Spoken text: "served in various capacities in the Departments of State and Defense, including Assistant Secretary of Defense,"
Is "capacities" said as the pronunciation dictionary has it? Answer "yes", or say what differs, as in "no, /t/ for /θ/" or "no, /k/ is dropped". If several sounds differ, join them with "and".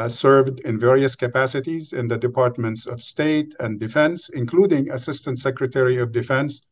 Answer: yes